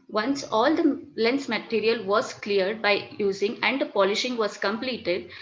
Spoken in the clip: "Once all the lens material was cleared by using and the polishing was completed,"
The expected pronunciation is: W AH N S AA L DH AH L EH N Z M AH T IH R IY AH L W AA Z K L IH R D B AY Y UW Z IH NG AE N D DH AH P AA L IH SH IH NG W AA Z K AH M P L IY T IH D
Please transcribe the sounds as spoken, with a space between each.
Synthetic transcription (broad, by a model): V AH N S AA L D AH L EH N S M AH T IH R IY AH L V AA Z K L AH R D B AY Y UW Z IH NG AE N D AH P AA L IH SH IH NG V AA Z K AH M P L IY T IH D